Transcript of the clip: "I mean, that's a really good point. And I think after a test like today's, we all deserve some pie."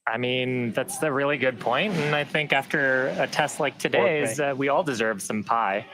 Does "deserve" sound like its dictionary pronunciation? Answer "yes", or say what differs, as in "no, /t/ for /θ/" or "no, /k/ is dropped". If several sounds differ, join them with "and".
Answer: yes